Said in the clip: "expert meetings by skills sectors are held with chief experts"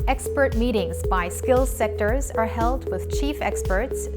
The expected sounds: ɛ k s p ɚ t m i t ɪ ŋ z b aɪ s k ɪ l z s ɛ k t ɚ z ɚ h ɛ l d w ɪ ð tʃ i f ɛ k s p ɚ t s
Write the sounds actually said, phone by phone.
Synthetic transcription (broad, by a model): ɛ k s p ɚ t m i t ɪ ŋ z b aɪ s k ɪ l z s ɛ k t ɚ z ɚ h ɛ l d w ɪ ð tʃ i f ɛ k s p ɚ t s